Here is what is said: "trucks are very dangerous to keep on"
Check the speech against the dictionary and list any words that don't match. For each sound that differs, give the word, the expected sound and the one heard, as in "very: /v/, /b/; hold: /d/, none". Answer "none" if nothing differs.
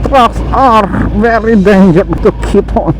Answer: dangerous: /s/, none